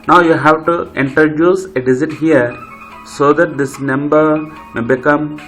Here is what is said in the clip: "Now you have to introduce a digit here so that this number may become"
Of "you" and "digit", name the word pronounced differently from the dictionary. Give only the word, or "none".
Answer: digit